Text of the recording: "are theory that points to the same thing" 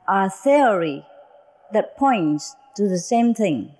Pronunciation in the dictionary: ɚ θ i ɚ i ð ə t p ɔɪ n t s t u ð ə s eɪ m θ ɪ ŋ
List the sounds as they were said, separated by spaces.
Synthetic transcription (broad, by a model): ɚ θ i ɚ i ð ə t p ɔɪ n t s t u ð ə s eɪ m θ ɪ ŋ